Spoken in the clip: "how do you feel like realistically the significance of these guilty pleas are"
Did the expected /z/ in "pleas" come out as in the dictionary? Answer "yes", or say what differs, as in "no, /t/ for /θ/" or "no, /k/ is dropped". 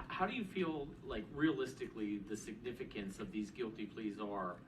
yes